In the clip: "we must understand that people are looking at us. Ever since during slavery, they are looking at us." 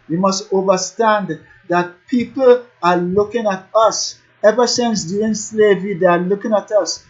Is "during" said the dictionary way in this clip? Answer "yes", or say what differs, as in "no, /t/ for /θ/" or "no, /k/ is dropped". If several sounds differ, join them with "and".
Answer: no, /ɹ/ is dropped